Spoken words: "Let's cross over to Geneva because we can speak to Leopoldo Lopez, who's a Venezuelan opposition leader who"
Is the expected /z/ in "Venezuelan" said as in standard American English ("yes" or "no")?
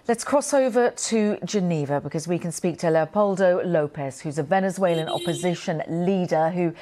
yes